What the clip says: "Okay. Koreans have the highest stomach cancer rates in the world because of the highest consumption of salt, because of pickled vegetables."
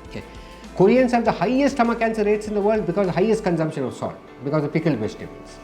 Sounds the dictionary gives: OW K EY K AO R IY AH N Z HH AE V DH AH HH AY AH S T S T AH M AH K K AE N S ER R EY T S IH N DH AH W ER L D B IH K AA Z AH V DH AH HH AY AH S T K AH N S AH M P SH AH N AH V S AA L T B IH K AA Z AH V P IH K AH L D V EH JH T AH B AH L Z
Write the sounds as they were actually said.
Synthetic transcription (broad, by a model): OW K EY K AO R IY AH N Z HH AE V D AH HH AY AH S S T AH M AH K K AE N S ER R EY T S IH N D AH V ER L D B IH K AA Z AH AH HH AY AH S T K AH N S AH M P SH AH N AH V S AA T B IH K AA Z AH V P IH K AH L D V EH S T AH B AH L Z